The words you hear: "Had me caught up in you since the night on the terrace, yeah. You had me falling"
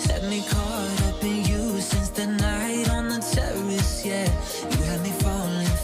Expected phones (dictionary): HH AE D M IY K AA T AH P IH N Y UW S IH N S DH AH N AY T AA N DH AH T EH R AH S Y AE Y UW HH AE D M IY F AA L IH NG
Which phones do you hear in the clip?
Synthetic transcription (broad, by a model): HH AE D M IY K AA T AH B IH N Y UW S IH N S DH AH N AY T N DH AH T EH R AH S Y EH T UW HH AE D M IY F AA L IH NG